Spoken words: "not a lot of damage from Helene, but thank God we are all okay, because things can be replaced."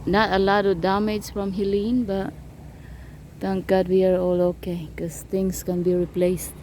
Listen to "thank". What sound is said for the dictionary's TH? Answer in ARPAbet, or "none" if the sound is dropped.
T